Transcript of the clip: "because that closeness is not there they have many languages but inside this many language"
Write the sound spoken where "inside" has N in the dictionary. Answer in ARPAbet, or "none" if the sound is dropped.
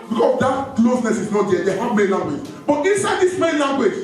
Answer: N